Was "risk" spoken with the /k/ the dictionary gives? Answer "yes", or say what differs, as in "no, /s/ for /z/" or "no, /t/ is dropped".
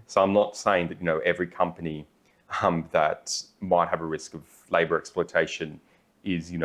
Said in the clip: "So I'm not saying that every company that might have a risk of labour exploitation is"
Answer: yes